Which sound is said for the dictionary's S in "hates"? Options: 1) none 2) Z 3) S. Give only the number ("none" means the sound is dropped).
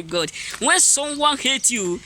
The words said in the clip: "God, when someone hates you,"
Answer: 1